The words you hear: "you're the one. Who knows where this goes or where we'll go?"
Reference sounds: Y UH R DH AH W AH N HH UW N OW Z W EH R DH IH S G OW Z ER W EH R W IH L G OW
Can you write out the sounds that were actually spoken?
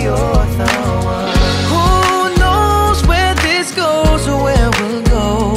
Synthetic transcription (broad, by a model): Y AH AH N HH UW N OW Z W EH R DH IH S G OW Z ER W EH R W IH L G OW